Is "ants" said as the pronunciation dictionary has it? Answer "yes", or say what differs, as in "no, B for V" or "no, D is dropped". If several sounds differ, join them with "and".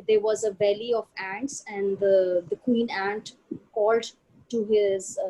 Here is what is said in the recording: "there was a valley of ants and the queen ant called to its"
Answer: yes